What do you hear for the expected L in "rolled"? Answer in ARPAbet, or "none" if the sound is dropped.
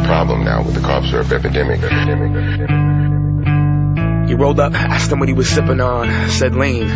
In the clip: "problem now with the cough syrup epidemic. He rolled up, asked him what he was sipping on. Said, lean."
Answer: L